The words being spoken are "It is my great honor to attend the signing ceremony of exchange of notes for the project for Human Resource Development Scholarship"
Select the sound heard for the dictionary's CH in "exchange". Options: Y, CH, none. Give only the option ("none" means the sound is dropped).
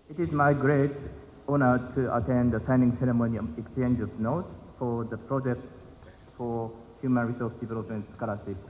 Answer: CH